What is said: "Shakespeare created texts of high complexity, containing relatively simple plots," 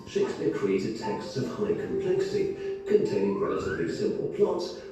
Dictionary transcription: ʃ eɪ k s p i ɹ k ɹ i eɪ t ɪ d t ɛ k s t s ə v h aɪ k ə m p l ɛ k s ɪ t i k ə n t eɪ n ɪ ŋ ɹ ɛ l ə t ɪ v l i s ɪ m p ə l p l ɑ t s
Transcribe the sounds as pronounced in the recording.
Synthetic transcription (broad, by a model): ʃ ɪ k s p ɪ k ɹ i eɪ t ɪ d t ɛ k s t s ə v h aɪ k ə m p l ɛ k s ɪ t i k ə n t eɪ n ɪ ŋ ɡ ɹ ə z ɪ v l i s ɪ m p ə l p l ɑ t s